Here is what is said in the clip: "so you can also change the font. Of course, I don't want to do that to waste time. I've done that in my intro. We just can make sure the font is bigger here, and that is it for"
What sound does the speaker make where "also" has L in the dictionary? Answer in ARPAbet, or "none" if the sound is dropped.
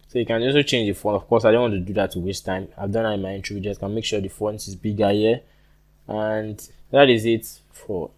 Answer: none